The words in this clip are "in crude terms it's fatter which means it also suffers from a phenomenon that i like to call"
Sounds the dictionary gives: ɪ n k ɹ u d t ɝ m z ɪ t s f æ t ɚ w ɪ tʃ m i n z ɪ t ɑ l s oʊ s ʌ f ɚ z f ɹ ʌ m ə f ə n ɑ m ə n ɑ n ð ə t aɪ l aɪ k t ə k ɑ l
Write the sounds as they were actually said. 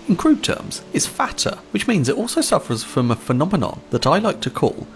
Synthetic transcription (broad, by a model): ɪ n k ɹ u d t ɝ m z ɪ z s f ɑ t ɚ w ɪ tʃ m i n z ɪ t ɑ l s oʊ s ʌ f ɚ z f ɹ ʌ m ə f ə n ɑ m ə n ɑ n ð ə t aɪ l aɪ k t ə k ɑ l